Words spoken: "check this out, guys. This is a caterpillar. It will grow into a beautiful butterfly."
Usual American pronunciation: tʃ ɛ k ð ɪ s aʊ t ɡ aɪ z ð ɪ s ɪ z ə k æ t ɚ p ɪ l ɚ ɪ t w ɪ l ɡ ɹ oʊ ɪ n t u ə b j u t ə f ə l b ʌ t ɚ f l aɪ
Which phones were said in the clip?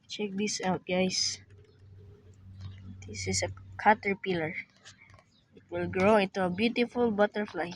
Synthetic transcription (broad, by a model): tʃ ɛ k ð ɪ s aʊ t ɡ aɪ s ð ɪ s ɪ s ə k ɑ t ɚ p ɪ l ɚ ɪ t w ɪ l ɡ ɹ oʊ ɪ n t u ə b j u t ə f ə l b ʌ t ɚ f l aɪ